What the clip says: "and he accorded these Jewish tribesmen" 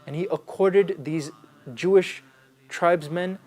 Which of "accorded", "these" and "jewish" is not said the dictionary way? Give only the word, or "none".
none